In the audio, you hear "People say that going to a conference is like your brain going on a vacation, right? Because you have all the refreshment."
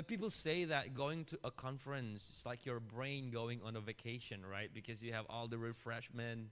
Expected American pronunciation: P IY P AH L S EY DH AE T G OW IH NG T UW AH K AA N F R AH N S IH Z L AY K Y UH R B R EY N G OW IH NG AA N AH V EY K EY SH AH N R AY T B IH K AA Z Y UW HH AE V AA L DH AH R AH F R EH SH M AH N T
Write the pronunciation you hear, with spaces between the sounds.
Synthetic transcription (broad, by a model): P IY P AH L S EY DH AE T G OW IH NG T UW AH K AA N F R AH N S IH S L AY K Y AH R B R EY N G OW IH NG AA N AH V EY K EY SH AH N R AY T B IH K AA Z Y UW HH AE V AA L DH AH R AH F R EH SH M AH N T